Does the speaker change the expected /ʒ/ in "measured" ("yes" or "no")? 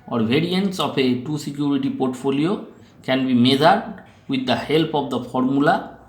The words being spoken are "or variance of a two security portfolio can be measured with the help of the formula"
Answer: yes